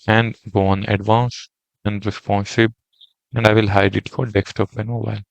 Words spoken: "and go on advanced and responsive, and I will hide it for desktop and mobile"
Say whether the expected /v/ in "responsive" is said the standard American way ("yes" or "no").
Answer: no